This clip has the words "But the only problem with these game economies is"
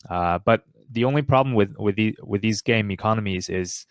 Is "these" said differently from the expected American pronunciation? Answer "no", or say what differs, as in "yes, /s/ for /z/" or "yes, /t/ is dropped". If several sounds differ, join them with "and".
no